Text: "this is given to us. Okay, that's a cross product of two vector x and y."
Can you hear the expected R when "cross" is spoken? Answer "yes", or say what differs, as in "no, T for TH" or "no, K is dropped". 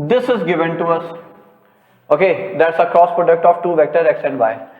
yes